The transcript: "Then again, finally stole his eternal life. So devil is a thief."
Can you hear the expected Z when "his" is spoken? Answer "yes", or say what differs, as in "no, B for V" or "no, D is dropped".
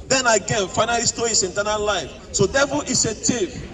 no, S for Z